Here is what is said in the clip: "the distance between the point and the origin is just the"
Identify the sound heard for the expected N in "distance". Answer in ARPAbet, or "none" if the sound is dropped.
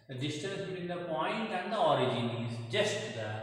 none